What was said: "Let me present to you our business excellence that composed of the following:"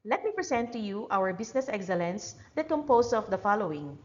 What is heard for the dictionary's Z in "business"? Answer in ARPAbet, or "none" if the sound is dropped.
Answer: S